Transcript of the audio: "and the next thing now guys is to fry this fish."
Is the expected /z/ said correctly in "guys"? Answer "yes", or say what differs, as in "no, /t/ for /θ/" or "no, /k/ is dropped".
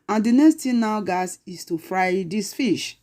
no, /s/ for /z/